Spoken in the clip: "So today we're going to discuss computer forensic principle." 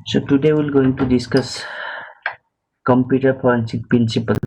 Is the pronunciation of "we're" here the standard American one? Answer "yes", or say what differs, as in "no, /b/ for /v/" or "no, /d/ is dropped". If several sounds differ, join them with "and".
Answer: no, /l/ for /ɹ/